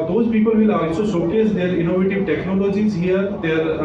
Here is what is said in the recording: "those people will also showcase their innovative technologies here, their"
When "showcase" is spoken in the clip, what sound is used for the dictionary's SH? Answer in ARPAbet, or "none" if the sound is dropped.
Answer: S